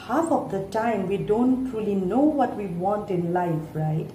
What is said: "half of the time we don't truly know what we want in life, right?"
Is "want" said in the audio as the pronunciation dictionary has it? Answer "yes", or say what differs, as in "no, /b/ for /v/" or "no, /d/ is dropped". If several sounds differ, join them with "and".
yes